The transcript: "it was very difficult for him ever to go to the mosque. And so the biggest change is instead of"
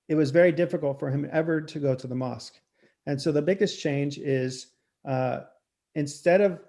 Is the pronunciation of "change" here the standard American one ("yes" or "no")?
yes